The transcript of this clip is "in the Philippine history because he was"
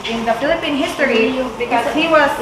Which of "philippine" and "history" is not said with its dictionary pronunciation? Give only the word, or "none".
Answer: history